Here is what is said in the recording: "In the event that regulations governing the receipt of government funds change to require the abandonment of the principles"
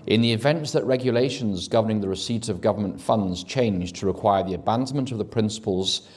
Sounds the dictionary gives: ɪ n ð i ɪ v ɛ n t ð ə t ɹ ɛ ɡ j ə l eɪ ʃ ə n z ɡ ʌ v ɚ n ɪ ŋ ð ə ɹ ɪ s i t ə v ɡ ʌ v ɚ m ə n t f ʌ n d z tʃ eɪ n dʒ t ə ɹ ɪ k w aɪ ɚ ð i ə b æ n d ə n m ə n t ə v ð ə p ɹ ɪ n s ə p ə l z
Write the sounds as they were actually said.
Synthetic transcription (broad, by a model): ɪ n ð i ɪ v ɛ n t ð ə t ɹ ɛ ɡ j ə l eɪ ʃ ə n z ɡ ʌ v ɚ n ɪ ŋ ð ə ɹ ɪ s i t ə v ɡ ʌ v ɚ m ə n t f ʌ n d z tʃ eɪ n dʒ t ə ɹ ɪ k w aɪ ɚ ð i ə b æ n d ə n m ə n t ə v ð ə p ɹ ɪ n s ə p ə l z